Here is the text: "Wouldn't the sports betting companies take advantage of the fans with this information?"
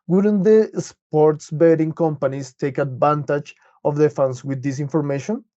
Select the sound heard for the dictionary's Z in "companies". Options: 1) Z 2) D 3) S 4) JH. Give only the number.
3